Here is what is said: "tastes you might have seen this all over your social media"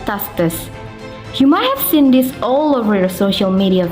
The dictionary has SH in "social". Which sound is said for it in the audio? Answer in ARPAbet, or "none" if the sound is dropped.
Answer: SH